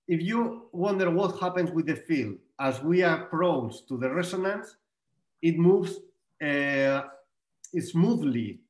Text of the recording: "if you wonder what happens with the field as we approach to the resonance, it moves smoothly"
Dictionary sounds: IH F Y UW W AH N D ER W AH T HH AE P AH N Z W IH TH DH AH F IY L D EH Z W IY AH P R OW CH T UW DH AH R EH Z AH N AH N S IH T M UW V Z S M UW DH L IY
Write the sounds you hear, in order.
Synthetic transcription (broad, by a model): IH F Y UW W AH N D ER W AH T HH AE P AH N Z W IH DH AH F IY L D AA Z W IY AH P R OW S T UW DH AH R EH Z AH N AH N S IH T M UW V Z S M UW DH L IY